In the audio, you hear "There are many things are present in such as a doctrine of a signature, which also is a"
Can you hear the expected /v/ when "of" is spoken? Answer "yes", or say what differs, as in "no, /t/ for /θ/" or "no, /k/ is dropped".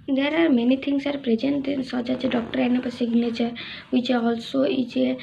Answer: no, /p/ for /v/